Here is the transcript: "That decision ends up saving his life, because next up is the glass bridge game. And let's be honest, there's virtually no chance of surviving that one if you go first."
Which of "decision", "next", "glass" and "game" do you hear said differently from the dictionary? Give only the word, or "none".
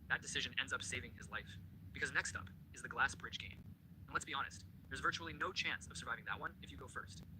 none